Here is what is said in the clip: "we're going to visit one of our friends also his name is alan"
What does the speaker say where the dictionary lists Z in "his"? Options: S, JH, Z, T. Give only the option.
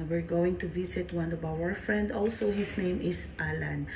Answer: S